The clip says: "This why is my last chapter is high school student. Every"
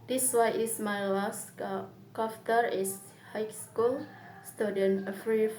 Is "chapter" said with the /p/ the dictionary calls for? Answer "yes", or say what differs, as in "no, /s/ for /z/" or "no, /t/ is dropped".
no, /f/ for /p/